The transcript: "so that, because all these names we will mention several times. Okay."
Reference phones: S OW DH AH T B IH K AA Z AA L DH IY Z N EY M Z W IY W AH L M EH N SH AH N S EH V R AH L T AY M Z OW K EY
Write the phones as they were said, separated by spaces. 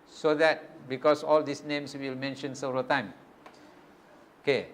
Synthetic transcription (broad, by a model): S OW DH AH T B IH K AA S AA L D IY S N EY M S W IY L M EH N SH AH N S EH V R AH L T AY M OW K EY